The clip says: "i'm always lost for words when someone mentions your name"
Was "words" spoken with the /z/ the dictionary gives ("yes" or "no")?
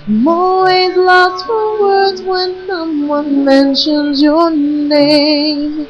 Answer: yes